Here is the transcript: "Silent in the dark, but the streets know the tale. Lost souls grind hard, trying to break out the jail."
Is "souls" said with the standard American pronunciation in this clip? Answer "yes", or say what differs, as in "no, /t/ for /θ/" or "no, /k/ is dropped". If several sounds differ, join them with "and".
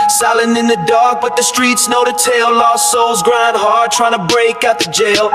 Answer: yes